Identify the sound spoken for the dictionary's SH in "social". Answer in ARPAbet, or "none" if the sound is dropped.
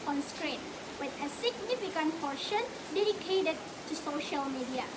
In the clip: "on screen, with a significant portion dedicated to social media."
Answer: SH